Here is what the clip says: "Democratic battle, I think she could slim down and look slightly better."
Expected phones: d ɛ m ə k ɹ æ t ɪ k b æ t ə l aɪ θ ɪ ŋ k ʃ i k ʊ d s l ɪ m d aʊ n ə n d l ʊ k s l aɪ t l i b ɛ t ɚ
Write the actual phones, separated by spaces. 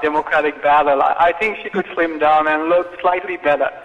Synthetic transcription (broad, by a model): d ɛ m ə k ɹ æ t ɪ k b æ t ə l aɪ θ ɪ ŋ k ʃ i k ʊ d s l ɪ m d aʊ n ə n l ʊ k s l aɪ t l i b ɛ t ɚ